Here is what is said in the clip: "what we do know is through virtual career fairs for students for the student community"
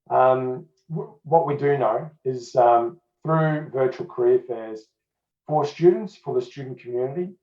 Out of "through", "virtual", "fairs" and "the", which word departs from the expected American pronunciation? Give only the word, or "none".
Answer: none